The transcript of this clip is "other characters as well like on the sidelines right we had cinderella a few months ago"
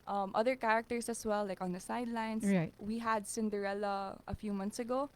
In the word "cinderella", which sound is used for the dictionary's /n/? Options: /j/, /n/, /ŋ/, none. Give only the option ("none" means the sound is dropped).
/n/